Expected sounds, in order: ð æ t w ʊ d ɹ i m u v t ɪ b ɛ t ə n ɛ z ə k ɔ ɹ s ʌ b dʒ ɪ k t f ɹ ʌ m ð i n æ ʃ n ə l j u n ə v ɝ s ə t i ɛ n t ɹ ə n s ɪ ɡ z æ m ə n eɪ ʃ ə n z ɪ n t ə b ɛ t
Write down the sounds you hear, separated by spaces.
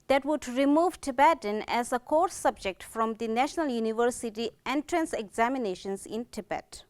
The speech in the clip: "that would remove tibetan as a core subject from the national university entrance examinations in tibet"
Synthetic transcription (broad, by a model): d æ t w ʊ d ɹ i m u v t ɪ b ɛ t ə n ɛ z ə k ɔ ɹ s ʌ b dʒ ɪ k t f ɹ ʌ m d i n æ ʃ n ə l j u n ə v ɝ s ə t i ɛ n t ɹ ə n s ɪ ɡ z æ m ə n eɪ ʃ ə n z ɪ n t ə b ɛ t